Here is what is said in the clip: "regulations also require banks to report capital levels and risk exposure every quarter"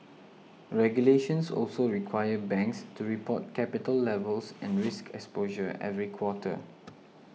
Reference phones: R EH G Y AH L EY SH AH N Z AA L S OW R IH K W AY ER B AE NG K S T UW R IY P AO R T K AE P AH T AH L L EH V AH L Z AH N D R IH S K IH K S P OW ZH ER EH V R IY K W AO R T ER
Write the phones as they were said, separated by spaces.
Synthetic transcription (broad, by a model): R EH G Y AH L EY SH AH N S AA L S OW R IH K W AY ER B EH NG K S T UW R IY P AO T K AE P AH T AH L L EH V AH L S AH N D R IH S K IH K S P OW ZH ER EH V R IY K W AO T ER